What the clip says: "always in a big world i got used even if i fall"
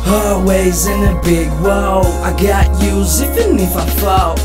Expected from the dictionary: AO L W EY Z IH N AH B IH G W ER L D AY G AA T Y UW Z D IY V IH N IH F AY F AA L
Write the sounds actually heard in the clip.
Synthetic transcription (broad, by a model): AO W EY Z IH N AH B IH G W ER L AY G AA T Y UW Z IY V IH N IH F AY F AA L